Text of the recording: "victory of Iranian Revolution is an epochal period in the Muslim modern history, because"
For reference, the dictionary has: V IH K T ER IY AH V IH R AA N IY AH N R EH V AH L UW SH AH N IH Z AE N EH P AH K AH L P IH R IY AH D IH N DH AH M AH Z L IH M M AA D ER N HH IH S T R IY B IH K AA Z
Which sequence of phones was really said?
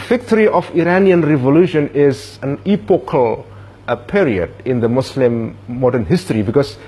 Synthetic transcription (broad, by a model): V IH K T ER IY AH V IH R AA N IY AH N R EH V AH L UW SH AH N IH Z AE N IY P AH K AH L P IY R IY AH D IH N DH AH M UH S L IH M M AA D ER N HH IH S T R IY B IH K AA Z